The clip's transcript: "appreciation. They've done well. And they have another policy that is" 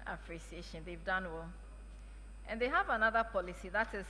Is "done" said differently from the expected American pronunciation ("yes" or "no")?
no